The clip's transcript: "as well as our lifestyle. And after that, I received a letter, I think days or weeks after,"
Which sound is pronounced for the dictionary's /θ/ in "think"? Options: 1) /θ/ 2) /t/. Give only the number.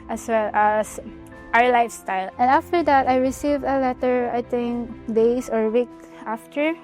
2